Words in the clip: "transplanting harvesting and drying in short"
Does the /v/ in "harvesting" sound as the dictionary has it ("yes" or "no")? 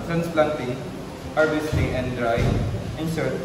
no